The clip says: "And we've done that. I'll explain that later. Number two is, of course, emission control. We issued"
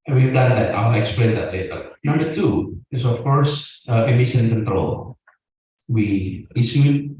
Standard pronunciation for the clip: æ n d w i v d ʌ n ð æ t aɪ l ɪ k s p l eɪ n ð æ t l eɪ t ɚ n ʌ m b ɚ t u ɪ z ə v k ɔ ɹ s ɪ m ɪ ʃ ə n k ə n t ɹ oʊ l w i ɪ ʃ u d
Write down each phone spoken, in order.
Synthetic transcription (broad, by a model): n w i v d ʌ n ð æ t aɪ n ɪ k s p l eɪ n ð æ t l eɪ t ɚ n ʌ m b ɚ t u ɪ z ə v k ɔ ɹ s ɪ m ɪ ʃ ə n k ə n t ɹ oʊ l w i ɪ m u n